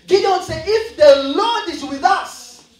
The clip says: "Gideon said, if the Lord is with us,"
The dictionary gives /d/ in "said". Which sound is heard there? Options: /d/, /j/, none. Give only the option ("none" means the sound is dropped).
none